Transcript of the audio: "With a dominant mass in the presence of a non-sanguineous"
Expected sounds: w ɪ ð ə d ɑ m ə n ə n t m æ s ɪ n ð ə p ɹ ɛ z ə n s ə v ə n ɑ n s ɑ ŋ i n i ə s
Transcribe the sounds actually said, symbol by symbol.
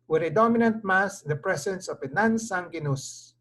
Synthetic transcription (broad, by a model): w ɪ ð ə d ɑ m ə n ə n t m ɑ s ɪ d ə p ɹ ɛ s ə n s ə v ə n ɑ n s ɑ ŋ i n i s